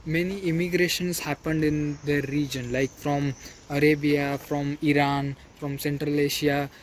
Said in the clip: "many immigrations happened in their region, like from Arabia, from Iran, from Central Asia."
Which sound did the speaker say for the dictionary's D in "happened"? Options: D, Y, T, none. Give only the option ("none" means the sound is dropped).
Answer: D